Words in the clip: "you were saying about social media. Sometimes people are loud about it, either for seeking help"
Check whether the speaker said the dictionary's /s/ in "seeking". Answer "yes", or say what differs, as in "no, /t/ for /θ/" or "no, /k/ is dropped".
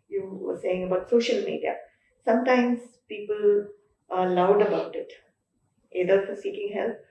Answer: yes